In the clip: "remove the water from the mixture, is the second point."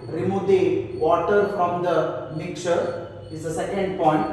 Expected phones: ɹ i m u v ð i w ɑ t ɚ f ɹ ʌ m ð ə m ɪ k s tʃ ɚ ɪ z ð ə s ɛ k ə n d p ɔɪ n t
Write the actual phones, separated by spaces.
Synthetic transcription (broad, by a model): ɹ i m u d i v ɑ t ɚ f ɹ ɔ m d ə m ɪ k tʃ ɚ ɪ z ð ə s ɛ k ə n d p ɔɪ n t